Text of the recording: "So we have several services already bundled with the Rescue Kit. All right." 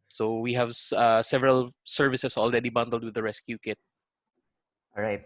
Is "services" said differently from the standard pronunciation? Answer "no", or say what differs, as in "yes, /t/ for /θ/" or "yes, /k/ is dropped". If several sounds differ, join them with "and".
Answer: yes, /s/ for /z/